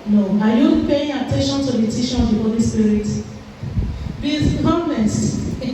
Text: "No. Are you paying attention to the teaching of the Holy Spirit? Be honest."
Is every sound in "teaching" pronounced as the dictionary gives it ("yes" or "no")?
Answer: no